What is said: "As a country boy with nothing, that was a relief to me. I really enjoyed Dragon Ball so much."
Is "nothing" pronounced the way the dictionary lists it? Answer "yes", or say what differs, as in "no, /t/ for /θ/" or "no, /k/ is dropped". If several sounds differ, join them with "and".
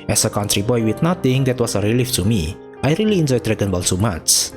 no, /t/ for /θ/